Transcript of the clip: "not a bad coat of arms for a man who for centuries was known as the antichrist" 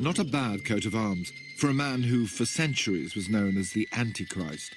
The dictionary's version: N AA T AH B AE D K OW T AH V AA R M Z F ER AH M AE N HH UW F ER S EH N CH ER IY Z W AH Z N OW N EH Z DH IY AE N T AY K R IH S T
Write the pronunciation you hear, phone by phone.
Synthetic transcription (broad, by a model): N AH T AH B AE D K OW T AH V AA R M Z F ER AH M AE N HH UW F ER S EH N CH ER IY Z W AH Z N OW N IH Z DH IY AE N T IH K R IH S T